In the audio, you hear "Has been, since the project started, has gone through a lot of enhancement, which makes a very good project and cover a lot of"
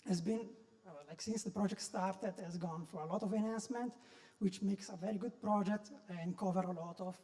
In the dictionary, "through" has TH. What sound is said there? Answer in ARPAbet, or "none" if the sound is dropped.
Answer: F